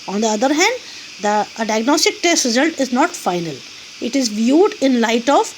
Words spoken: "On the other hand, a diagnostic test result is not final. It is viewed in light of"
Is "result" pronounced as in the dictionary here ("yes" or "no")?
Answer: yes